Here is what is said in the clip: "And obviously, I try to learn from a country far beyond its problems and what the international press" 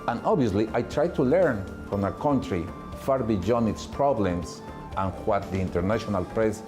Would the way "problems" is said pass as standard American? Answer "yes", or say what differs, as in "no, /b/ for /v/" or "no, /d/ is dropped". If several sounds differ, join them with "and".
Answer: no, /s/ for /z/